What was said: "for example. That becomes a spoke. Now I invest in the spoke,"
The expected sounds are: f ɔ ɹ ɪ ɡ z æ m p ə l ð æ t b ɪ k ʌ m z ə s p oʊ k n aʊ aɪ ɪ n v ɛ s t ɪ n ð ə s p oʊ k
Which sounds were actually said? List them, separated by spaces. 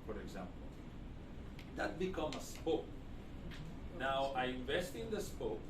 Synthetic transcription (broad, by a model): f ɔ ɹ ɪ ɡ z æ m p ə l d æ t b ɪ k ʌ m ə s p oʊ k n aʊ aɪ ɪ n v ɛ s t ɪ n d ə s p oʊ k